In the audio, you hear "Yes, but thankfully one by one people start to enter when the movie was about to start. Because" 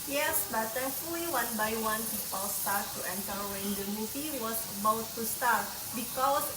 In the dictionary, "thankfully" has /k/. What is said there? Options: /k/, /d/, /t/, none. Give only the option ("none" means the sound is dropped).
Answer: none